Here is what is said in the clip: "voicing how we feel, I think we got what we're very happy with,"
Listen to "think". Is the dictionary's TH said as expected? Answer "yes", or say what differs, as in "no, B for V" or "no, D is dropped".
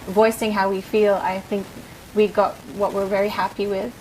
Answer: yes